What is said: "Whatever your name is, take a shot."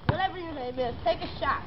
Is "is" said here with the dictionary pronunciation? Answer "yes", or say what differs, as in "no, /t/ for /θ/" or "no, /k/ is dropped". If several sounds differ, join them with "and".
no, /s/ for /z/